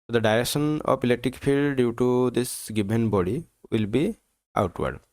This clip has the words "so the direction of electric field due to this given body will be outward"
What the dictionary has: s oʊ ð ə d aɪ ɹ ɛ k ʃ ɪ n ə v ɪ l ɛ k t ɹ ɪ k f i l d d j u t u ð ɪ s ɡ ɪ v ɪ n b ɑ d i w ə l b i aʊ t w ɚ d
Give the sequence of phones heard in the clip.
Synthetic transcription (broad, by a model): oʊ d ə d aɪ ɹ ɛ k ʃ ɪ n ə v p l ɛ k t ɪ k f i l d d j u t u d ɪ s ɡ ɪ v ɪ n b ɑ d i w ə l b i aʊ t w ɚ d